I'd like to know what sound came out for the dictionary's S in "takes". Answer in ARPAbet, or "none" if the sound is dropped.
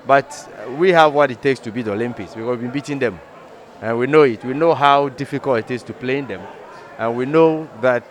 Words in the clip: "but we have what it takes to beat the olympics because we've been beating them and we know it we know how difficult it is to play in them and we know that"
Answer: S